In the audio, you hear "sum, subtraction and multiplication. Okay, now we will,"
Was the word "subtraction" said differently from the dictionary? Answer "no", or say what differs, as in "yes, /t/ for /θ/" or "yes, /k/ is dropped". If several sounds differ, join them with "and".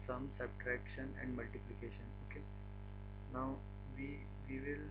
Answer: no